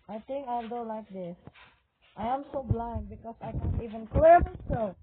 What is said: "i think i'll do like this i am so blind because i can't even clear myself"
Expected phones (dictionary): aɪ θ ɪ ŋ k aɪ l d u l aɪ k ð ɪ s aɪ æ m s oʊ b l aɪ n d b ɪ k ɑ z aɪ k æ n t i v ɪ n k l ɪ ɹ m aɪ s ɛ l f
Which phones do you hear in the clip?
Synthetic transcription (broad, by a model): aɪ t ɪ ŋ k aɪ l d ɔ l aɪ k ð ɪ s aɪ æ m s oʊ b l aɪ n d b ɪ k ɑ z aɪ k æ n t i v ɪ n k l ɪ ɹ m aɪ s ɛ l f